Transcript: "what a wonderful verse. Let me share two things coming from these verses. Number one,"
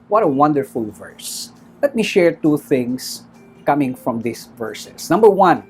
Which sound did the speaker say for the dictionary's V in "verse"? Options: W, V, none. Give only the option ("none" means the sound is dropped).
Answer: V